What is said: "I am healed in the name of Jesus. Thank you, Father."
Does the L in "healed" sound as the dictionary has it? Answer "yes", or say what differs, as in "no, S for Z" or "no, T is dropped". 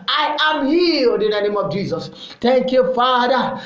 no, L is dropped